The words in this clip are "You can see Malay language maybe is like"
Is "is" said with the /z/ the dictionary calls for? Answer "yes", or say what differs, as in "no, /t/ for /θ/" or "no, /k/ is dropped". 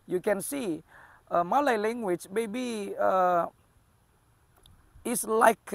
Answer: no, /s/ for /z/